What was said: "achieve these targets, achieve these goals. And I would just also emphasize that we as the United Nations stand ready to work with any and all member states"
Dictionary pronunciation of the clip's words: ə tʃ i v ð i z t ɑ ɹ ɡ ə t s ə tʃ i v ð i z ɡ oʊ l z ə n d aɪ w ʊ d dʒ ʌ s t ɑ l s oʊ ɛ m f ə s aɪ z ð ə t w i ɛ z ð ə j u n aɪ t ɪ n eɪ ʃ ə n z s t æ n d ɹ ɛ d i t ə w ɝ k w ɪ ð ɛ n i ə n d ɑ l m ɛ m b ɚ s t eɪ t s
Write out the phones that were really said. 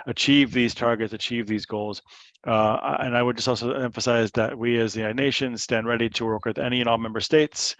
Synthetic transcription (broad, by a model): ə tʃ i v ð i z t ɑ ɹ ɡ ə t s ə tʃ i v ð i z ɡ oʊ l z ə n aɪ w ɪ d dʒ ʌ s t ɑ l s oʊ ɛ m f ə s aɪ z ð ə t w i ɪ z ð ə n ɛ ɪ ʃ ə n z s t æ n d ɹ ɛ d i t ə w ɝ k w ɪ ð ɛ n i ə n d ɑ l m ɛ m b ɚ s t eɪ t s